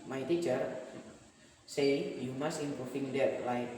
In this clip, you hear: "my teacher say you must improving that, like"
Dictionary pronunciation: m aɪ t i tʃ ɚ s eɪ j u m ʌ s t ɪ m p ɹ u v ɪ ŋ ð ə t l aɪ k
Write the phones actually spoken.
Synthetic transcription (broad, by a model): m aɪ t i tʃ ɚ s eɪ j u m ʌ s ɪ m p ɹ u f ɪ ŋ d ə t l aɪ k